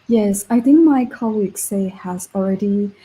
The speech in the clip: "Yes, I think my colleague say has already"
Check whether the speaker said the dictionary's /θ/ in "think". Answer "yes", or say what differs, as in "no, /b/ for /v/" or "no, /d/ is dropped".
yes